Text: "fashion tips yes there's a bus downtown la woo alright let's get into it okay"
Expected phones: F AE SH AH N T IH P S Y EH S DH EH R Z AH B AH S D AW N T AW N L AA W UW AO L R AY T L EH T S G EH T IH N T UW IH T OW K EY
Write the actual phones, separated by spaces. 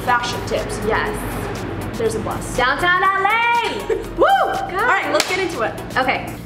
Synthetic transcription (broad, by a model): F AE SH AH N T IH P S Y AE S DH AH R Z AH B AH S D AW N T AW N L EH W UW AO R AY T L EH T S G EH T IH N T UW IH T OW K EY